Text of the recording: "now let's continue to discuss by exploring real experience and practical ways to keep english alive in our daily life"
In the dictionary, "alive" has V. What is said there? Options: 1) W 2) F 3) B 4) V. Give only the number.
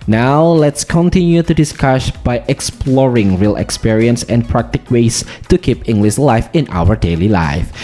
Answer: 2